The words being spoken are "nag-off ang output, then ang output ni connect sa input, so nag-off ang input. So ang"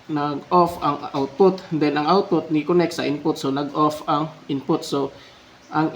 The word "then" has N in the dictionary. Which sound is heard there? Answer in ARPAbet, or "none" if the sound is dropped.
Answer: L